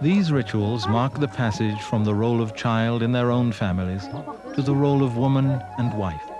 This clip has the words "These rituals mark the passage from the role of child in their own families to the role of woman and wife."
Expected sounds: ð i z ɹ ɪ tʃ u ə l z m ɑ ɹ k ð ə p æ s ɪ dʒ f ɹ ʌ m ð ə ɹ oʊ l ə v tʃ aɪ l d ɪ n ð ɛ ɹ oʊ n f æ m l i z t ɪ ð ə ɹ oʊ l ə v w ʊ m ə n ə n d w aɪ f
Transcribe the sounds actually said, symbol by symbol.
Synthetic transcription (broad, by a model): ð i z ɹ ɪ tʃ u ə l z m ɑ ɹ k ð ə p æ s ɪ dʒ f ɹ ʌ m ð ə ɹ oʊ l ə v tʃ aɪ l d ɪ n ð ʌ ɹ oʊ n f æ m l i z t ɪ ð ə ɹ oʊ l ə v w ʊ m ə n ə n w aɪ f